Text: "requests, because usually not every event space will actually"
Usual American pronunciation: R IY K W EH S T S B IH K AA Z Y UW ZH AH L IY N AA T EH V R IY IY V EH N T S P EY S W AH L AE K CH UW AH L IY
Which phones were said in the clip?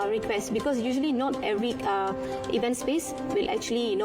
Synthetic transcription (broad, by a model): R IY K W EH S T B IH K AA S Y UW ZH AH L IY N AA T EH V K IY IY V EH N T S P EY S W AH L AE K CH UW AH L IY